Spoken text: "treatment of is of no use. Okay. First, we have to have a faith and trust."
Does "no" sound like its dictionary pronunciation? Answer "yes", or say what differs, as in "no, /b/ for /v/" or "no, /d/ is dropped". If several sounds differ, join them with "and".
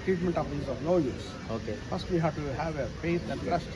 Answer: no, /l/ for /n/